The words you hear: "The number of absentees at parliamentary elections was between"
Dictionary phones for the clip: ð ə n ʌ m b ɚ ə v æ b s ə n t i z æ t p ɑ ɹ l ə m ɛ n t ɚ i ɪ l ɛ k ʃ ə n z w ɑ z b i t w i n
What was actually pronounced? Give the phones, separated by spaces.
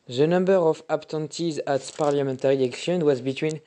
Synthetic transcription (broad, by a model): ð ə n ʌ m b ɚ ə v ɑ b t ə n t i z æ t p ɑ ɹ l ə m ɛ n t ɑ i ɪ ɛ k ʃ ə n w ɑ z b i t w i n